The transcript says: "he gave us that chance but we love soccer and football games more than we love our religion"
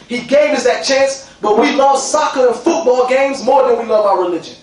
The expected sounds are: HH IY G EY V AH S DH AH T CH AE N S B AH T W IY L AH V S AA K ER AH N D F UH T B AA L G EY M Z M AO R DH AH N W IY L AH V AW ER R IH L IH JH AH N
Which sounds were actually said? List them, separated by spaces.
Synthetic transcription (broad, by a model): HH IY G EY V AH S DH AH T CH AE N S B AH T W IY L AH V S AA K ER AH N F UH T B AA L G EY M Z M AO R DH AH N W IY L AH V AW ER R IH L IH JH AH N